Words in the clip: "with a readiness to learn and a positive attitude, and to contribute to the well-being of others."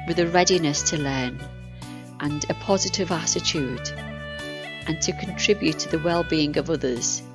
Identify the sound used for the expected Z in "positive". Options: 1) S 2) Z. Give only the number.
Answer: 2